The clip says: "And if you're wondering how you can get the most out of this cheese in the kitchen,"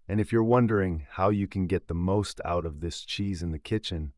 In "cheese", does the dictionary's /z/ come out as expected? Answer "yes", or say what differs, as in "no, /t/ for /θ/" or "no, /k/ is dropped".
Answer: yes